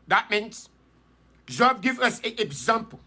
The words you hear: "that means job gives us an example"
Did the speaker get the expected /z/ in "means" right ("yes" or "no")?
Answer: no